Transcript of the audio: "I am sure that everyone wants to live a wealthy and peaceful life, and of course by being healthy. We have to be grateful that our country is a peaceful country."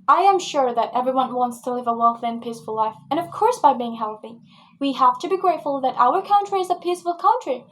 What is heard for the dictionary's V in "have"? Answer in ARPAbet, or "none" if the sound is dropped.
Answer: F